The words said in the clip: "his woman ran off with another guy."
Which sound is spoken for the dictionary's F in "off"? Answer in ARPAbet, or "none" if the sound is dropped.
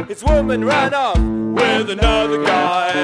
P